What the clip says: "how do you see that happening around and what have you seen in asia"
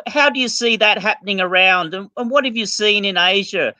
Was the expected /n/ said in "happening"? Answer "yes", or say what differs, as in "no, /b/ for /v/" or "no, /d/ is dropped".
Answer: yes